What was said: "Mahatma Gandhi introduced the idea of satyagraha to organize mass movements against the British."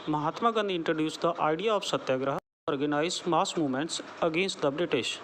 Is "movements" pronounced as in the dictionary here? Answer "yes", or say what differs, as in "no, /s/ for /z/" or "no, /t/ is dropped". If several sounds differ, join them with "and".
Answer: no, /v/ is dropped